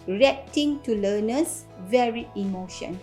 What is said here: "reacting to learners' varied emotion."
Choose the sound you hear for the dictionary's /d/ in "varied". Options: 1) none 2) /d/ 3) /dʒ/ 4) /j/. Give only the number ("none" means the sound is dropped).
1